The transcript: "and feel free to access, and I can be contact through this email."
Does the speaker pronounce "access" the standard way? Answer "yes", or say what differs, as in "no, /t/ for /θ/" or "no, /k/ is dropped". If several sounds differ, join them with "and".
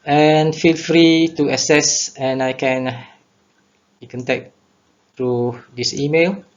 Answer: no, /k/ is dropped